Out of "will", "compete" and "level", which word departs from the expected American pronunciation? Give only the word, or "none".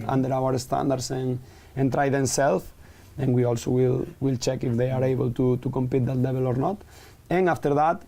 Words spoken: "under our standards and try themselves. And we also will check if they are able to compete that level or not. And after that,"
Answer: level